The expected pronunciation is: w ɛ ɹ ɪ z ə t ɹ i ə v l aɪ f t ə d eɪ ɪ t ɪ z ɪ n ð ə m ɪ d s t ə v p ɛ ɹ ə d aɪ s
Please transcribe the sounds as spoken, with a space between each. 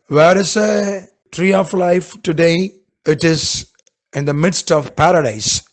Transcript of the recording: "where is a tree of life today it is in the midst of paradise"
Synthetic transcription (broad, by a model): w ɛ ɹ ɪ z ə t ɹ i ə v l aɪ f t ə d eɪ ɪ t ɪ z ɪ n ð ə m ɪ d s t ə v p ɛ ɹ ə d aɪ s